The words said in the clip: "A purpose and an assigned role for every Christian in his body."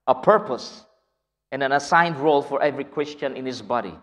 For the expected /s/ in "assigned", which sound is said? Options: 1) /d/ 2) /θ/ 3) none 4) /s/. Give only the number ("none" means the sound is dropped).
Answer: 4